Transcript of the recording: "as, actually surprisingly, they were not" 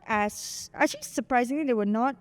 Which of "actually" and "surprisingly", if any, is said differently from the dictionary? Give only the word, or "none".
actually